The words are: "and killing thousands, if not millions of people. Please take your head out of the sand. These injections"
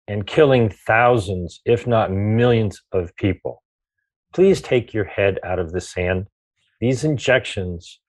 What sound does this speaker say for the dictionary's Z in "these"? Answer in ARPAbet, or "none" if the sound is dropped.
Z